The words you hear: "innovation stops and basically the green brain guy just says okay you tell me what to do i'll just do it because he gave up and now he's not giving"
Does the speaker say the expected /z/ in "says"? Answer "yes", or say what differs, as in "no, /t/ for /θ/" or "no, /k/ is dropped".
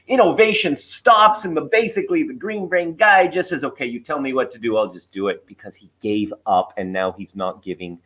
yes